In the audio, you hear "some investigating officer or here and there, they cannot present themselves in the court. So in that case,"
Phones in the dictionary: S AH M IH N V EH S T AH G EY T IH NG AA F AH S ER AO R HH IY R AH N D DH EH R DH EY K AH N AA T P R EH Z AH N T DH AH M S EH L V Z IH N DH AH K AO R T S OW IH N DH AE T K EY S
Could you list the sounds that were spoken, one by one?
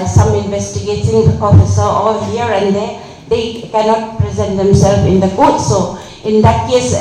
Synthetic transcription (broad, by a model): S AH M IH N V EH S T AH G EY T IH NG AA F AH S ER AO L HH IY R AH N D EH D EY K AH N AA T P R EH Z AH N T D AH M S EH L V IH N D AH K AO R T S OW IH N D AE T K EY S